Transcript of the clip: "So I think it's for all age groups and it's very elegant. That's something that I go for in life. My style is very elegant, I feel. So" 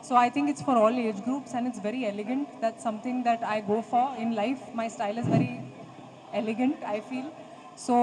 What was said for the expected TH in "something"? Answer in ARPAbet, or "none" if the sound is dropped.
T